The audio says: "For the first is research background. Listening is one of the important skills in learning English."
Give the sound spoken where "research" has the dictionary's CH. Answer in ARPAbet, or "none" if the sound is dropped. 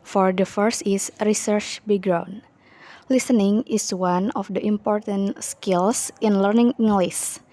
CH